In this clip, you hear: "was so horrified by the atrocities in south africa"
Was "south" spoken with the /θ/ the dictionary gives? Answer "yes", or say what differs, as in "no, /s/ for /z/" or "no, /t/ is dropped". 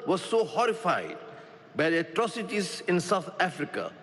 no, /t/ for /θ/